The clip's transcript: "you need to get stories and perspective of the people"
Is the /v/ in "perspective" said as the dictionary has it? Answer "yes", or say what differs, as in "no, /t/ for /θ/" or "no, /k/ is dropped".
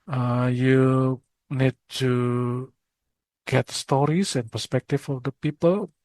no, /f/ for /v/